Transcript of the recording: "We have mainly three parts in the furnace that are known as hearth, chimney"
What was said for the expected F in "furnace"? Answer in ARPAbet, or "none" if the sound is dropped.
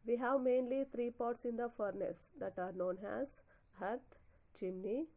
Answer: F